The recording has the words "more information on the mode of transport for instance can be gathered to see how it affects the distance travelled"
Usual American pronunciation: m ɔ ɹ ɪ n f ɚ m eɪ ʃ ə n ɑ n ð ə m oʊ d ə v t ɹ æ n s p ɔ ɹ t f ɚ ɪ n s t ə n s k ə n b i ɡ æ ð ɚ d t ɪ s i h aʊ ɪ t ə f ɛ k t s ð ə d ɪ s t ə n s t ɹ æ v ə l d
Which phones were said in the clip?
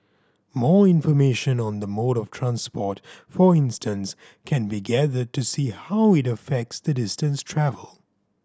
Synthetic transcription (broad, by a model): m ɔ ɹ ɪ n f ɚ m eɪ ʃ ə n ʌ n ð ə m oʊ d ə v t ɹ æ n s p ɔ ɹ t f ɚ ɪ n s t ə n s k ə n b i ɡ æ ð ɚ d t ɪ s i h aʊ ɪ t ə f ɛ k t s ð ə d ɪ s t ə n s t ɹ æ v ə l